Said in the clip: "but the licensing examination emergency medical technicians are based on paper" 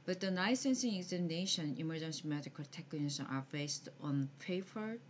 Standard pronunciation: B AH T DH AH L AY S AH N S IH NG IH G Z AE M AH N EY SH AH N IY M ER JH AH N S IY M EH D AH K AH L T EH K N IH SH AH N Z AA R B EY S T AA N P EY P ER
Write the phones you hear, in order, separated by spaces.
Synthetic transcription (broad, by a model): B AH T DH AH N AY S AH N S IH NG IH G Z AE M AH N EY SH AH N IY M ER JH AH N S IY M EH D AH K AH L T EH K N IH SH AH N AA R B EY S T AA N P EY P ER